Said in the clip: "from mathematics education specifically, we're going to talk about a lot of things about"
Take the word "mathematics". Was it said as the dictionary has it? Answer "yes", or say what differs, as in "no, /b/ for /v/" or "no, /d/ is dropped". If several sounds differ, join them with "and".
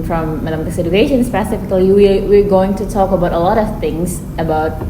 no, /k/ is dropped